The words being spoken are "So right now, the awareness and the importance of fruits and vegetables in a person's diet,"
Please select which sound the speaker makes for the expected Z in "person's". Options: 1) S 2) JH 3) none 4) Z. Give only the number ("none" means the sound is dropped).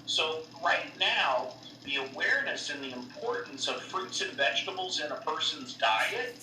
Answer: 4